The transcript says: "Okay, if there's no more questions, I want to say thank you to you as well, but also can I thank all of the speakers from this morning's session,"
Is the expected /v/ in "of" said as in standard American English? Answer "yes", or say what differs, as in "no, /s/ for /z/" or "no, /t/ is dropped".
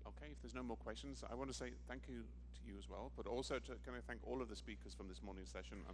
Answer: yes